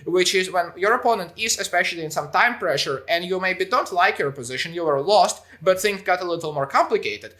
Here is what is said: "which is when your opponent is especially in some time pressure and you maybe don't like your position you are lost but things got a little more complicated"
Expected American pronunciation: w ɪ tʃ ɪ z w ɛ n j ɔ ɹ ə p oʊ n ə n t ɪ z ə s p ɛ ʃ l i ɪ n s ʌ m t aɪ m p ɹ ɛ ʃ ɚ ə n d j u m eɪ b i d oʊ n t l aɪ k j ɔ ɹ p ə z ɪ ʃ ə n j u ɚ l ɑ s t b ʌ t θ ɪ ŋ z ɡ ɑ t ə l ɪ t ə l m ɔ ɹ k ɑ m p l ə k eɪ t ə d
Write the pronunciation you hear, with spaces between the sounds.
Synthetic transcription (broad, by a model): w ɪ tʃ ɪ z w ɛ n j ɔ ɹ ə p oʊ n ə n t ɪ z ə s p ɛ ʃ l i ɪ n s ʌ m t aɪ m p ɹ ɛ ʃ ɚ ə n d j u m eɪ b i d oʊ n t l aɪ k j ɔ ɹ p ə z ɪ ʃ ə n j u ɚ l ɑ s t b ʌ t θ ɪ ŋ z ɡ ɑ t ə l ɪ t l m ɔ ɹ k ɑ m p l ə k eɪ t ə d